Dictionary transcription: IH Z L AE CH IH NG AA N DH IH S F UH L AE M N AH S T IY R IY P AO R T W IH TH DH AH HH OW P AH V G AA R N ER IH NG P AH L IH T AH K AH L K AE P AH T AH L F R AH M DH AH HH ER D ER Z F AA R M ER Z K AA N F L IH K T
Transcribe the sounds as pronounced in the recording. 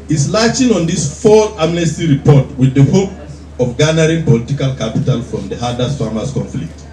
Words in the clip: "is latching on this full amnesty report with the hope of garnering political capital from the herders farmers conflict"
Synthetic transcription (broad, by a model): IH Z L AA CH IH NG AA N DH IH S F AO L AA M N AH S T IY R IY P AO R T W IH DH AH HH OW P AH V G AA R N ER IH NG P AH L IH T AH K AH L K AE P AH T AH L F R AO M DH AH HH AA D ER S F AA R M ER S K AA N F L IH K T